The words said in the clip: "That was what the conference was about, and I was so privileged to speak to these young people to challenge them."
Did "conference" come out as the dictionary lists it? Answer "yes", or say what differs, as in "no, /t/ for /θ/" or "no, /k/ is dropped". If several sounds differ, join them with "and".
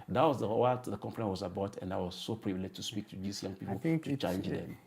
no, /s/ is dropped